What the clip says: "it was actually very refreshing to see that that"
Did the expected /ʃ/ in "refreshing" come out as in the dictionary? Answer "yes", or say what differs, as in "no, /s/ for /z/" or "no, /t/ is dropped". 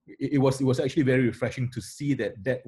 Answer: yes